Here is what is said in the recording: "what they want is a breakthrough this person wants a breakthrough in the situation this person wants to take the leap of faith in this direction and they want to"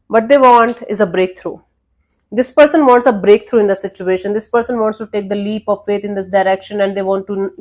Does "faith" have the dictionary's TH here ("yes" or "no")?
no